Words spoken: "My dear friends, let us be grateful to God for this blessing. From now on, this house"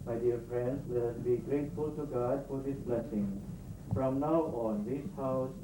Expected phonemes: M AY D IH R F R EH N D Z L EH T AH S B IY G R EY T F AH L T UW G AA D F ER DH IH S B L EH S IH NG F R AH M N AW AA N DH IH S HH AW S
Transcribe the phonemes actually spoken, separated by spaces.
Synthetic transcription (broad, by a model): M AY D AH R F R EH N D S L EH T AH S B IY G R EY T F AH L T UW G AA D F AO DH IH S B L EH S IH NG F R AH M N AW AA N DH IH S HH AW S